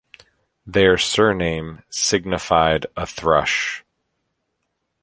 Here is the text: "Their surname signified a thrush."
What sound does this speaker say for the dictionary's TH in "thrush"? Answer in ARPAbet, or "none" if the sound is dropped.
TH